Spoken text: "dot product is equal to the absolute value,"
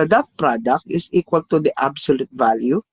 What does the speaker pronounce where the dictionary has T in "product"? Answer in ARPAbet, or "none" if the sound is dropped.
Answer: T